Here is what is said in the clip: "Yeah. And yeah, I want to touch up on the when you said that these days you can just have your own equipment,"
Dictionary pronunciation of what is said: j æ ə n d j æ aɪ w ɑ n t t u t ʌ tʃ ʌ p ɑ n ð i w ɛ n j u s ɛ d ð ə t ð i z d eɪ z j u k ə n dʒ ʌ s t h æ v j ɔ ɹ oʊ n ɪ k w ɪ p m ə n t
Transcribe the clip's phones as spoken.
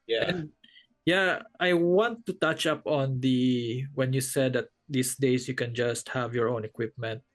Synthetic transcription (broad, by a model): j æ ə j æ aɪ w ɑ n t t u t ʌ tʃ ʌ p ɑ n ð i w ɛ n j u s ɛ d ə t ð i s d eɪ s j u k ə n dʒ ʌ s t h æ v j ɔ ɹ oʊ n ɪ k w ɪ p m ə n t